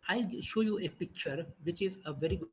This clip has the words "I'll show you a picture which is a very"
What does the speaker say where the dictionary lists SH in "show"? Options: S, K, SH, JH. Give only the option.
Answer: SH